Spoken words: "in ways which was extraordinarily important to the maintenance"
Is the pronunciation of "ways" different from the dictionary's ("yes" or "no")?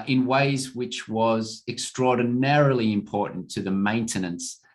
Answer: no